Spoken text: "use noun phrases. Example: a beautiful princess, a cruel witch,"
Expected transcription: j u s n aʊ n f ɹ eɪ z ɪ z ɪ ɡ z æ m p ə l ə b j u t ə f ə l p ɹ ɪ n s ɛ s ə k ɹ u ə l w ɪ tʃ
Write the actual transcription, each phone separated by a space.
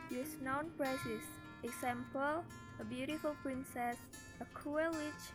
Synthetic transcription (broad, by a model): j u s n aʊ n p ɹ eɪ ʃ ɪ s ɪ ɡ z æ m p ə l ə b j u t ə f ə l p ɹ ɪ n s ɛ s ə k u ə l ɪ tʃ